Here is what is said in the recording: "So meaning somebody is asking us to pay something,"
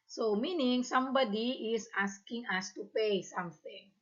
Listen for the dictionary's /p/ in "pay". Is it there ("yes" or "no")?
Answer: yes